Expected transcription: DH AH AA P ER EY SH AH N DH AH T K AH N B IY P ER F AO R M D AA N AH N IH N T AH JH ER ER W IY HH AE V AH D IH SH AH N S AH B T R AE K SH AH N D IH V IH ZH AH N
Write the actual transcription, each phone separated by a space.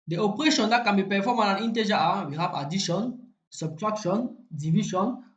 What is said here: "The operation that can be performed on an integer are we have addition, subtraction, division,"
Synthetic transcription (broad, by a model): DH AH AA P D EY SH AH N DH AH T K AH N B IY P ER F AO M AA N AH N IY N T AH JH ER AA W IY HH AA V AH D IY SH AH N S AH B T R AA K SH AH N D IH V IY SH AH N